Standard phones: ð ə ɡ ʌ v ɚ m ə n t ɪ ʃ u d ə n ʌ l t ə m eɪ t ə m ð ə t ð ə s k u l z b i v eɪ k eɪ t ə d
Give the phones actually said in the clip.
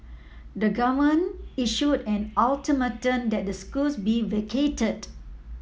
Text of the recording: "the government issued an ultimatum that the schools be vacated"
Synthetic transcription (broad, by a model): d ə ɡ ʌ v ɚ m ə n ɪ ʃ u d ə n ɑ l t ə m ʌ t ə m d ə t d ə s k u l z b i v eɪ k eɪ t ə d